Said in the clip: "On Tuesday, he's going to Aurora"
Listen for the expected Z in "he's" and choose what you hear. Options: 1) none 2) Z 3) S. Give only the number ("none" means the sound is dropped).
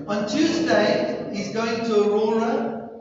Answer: 2